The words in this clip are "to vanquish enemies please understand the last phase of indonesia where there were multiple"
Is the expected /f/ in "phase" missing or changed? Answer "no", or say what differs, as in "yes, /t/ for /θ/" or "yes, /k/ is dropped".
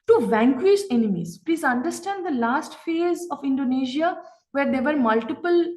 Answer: no